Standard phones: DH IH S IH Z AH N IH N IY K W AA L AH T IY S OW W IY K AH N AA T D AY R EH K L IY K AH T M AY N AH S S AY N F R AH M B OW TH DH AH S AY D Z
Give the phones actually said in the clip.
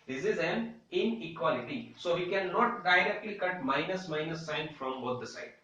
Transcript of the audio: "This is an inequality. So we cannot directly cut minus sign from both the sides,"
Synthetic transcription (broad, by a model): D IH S IH Z AH N IH N IY K W AA L AH T IY S OW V IY K AH N AA T D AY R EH K L IY K AH T M AY N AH S S AY N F R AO M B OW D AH S AY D